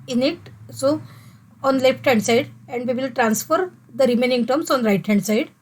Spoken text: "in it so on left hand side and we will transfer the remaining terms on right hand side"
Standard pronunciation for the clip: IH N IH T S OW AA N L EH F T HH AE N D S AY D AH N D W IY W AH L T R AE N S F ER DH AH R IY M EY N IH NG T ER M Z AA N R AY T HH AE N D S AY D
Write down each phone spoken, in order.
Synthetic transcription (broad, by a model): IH N IH T S OW AA N L EH F T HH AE N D S AY D AH N D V IY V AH L T R AE N S F ER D AH R IY M EY N IH NG T ER M S AA N R AY T HH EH N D S AY D